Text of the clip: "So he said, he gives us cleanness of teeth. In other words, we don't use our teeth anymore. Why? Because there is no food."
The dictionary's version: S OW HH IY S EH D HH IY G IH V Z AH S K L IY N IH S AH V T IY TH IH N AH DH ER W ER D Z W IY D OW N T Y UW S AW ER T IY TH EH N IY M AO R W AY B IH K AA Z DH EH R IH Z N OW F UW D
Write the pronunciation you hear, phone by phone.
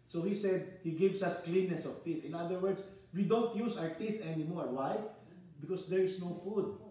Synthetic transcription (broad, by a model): S OW HH IY S EH D HH IY G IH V S AH S K L IY N IH S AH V T IY TH IH N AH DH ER W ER D S W IY D OW N T Y UW S AW ER T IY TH EH N IY M AO R W AY B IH K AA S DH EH R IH S N OW F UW D